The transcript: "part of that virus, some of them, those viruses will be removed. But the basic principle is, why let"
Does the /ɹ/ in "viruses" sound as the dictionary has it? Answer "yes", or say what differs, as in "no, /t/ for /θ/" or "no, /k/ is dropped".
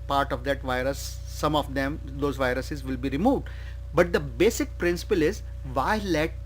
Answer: yes